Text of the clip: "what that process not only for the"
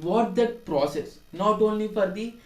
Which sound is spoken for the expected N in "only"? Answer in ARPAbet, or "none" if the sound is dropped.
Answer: N